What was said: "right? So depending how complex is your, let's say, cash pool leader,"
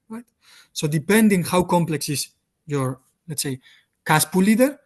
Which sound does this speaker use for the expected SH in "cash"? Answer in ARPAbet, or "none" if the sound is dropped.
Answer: S